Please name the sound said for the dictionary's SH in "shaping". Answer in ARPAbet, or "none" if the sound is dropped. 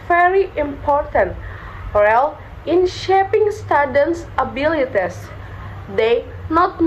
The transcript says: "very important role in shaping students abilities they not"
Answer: SH